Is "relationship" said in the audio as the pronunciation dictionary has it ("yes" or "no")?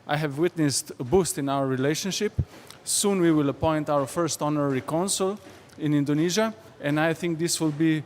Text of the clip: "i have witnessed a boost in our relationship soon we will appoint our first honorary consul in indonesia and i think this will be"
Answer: yes